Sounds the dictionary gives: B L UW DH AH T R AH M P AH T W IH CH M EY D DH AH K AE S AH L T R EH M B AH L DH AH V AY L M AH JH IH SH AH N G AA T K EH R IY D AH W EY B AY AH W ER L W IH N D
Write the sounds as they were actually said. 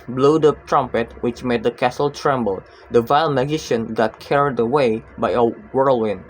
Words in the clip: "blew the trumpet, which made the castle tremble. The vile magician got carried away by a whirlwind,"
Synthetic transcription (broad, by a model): B L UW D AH T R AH M P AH T W IH CH M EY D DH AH K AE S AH L T R EH M B AH L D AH V AY L M AH JH IH SH AH N G AA T K EH R IY D AH W EY B AY AH W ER L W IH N